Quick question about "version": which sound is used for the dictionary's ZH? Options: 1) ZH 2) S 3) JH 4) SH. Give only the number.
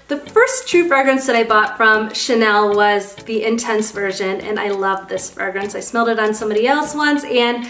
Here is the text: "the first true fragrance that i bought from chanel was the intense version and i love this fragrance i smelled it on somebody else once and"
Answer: 1